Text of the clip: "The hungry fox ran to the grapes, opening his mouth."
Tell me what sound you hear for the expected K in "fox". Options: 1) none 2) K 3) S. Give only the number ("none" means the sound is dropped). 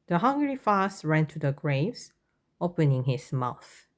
1